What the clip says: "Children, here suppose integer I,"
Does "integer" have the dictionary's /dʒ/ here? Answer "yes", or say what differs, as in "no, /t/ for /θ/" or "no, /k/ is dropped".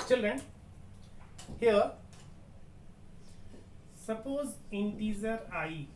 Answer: no, /z/ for /dʒ/